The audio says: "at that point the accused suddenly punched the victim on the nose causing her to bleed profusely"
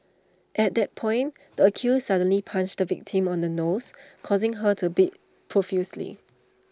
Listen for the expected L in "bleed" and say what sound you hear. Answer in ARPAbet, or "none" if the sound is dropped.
none